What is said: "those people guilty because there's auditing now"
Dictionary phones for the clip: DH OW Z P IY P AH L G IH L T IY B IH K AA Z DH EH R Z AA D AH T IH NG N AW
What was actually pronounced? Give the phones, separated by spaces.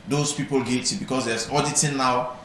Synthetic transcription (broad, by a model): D OW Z P IY P AH L G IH T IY B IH K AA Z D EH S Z AA D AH T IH N AW